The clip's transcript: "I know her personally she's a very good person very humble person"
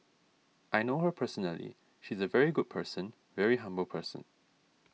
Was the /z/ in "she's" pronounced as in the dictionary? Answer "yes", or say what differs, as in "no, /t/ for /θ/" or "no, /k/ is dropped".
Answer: yes